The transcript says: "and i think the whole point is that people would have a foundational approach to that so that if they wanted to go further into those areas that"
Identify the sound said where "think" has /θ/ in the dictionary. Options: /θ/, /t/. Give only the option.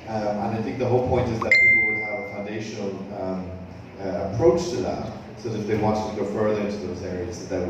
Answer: /θ/